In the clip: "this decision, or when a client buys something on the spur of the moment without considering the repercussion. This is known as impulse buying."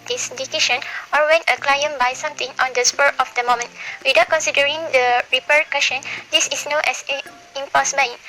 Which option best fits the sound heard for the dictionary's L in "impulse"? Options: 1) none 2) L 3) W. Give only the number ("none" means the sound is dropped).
1